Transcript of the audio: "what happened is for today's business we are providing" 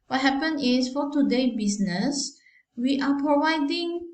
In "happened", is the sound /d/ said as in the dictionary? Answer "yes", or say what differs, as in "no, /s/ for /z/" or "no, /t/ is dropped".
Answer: no, /d/ is dropped